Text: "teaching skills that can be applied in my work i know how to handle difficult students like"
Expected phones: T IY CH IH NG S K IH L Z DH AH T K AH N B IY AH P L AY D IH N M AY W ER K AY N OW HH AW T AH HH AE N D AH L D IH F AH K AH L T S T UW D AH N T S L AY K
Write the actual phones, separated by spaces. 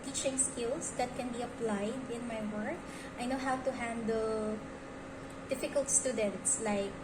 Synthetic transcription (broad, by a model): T IY CH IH NG S K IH L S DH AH T K AH N B IY AH P L AY D IH N M AY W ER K AY N OW HH AW T AH HH AE N D AH L D IH F AH K AH L T S T UW D AH N T S L AY K